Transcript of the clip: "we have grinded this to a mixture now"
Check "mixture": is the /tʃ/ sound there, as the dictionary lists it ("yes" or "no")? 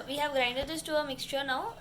yes